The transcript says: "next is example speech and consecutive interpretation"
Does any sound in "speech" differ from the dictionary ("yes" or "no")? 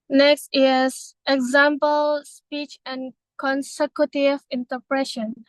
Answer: no